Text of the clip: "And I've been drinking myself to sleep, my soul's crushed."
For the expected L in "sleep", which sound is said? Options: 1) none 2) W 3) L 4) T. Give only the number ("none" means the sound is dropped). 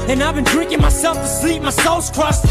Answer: 3